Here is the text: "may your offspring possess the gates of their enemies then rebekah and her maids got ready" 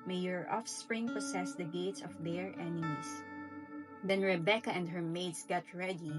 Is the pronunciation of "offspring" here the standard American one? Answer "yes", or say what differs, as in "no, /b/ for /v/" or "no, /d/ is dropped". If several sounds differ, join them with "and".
yes